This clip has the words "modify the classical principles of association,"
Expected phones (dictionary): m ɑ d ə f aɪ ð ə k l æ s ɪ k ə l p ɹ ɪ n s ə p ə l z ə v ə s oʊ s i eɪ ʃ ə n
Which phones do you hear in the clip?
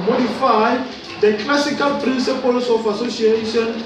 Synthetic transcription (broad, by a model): m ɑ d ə f aɪ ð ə k l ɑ s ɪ k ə l p ɹ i n s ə p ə l s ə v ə s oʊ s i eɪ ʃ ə n